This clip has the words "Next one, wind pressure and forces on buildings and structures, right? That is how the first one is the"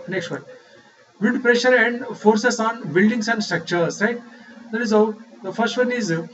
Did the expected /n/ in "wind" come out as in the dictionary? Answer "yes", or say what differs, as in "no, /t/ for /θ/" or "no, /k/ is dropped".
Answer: no, /n/ is dropped